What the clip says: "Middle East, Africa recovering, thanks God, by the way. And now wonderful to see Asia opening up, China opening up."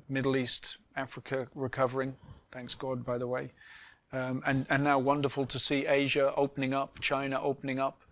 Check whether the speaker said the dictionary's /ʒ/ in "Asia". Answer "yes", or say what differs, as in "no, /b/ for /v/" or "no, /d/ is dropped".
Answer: yes